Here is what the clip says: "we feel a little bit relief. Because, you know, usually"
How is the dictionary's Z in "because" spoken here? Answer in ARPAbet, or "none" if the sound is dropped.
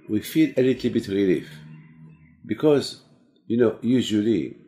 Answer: Z